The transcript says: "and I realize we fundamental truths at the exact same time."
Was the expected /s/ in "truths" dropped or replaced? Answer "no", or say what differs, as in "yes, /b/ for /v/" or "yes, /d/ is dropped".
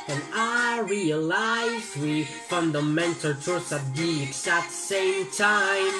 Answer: yes, /s/ is dropped